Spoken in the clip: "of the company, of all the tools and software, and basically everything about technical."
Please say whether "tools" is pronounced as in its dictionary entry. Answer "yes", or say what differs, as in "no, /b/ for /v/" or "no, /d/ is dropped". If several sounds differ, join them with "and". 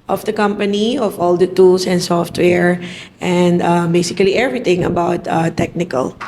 no, /s/ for /z/